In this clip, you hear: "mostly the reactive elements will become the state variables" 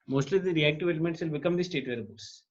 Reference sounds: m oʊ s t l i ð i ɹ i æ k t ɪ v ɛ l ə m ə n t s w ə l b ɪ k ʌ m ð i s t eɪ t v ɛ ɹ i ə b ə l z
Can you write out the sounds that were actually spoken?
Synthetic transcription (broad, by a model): m oʊ s t l i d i ɹ i æ k t ɪ v ɛ l ə m ə n t s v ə l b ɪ k ʌ m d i s t eɪ t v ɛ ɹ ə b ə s